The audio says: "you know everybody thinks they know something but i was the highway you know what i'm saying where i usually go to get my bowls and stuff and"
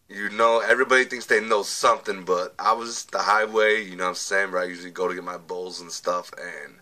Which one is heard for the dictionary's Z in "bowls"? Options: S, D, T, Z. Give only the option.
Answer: Z